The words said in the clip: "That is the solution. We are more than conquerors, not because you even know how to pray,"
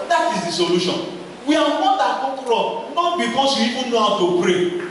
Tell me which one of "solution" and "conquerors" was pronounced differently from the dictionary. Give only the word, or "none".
conquerors